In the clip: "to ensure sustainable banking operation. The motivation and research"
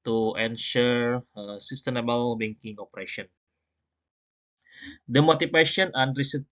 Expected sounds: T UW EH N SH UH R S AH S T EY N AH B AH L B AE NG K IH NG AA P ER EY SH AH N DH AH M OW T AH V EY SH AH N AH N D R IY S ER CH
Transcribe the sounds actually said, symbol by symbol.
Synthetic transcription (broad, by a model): T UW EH N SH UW R S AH S T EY N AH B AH L B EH NG K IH NG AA P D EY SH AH N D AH M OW T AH P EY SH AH N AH N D R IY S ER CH